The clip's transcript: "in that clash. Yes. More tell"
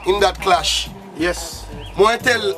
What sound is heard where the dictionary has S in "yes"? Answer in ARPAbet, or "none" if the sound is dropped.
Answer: S